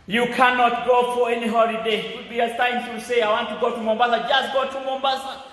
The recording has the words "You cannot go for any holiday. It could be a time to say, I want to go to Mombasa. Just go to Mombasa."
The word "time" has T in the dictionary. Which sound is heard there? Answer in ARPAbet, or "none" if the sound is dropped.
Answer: S